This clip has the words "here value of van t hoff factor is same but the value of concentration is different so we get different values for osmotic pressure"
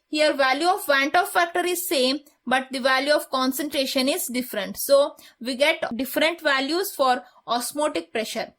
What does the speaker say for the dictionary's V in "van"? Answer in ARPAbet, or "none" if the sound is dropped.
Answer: V